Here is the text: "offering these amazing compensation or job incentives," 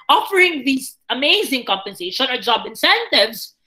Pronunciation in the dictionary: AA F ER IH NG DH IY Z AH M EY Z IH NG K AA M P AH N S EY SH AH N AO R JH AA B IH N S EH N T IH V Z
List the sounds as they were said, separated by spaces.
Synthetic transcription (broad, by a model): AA F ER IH NG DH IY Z AH M EY Z IH NG K AA M P AH N S EY SH AH N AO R JH AA B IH N S EH N T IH V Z